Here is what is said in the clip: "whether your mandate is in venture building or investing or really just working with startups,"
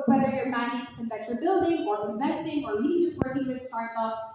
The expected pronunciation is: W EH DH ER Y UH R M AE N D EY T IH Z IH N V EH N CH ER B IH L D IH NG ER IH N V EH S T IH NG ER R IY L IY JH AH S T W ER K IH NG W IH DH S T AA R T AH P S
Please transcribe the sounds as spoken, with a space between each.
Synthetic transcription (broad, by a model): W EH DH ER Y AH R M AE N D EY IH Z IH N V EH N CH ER B IH L D IH NG ER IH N V EH S T IH NG ER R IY N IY JH AH S T W ER K IH NG W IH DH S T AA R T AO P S